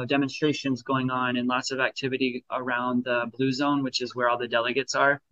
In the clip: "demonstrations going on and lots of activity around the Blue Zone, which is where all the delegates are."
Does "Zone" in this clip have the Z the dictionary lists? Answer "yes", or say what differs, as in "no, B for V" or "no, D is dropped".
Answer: yes